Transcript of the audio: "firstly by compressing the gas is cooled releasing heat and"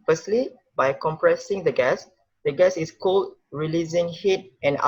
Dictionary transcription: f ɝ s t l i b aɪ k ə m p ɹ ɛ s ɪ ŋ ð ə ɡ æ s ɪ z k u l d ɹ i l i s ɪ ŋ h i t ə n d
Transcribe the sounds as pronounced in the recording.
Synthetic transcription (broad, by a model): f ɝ s t l i b aɪ k ə m p ɹ ɛ s ɪ ŋ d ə ɡ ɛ s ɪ s k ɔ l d ɹ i l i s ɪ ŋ h i t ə n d